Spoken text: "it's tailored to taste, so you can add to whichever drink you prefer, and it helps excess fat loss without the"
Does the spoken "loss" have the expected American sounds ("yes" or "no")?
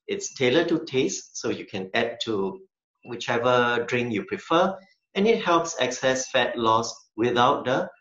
yes